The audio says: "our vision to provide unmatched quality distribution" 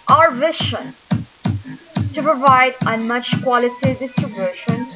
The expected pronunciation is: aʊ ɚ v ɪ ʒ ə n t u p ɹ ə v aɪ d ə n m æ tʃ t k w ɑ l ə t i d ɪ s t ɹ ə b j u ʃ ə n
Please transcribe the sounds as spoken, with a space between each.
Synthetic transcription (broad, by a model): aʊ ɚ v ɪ ʃ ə n t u p ɹ ə v aɪ d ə n m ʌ tʃ k w ɑ l ə t i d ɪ s t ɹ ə b j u ʃ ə n